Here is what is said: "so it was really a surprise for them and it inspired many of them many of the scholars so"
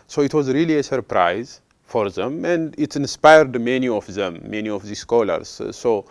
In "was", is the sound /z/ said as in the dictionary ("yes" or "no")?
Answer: yes